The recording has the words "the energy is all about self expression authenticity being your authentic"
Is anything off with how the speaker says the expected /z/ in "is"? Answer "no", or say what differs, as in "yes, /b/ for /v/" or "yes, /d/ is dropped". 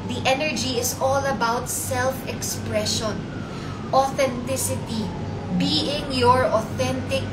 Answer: yes, /s/ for /z/